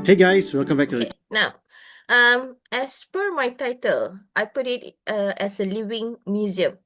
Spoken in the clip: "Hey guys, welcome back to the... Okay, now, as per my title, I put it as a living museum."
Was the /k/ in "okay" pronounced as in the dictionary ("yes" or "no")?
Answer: no